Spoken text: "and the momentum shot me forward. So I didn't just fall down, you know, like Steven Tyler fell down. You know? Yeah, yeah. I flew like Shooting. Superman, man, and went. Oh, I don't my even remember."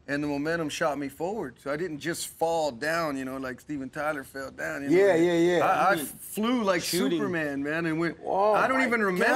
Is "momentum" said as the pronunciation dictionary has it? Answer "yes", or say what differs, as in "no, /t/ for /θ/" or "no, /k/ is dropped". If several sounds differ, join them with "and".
no, /n/ is dropped